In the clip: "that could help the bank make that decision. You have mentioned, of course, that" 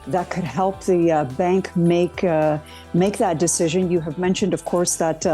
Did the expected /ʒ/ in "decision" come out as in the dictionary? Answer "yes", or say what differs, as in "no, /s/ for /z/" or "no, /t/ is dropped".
yes